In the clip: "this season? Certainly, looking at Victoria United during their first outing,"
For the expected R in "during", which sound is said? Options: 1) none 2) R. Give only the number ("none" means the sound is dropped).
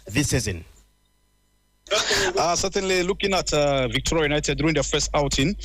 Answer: 1